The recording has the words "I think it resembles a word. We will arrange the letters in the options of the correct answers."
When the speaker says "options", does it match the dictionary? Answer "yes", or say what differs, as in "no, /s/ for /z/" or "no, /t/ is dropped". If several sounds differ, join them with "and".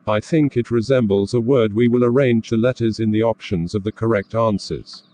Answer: yes